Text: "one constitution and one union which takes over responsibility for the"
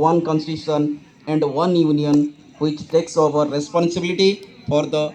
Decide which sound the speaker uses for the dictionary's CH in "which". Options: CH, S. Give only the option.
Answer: CH